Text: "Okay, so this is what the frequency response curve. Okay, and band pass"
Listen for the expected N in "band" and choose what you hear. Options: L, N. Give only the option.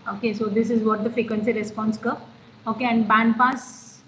N